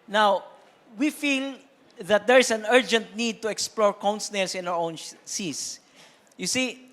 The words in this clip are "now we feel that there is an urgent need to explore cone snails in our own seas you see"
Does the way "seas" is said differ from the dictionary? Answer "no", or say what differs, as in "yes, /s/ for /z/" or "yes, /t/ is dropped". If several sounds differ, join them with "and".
yes, /s/ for /z/